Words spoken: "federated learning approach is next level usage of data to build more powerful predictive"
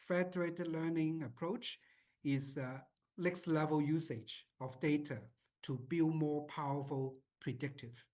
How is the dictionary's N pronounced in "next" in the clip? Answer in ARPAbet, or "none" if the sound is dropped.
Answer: L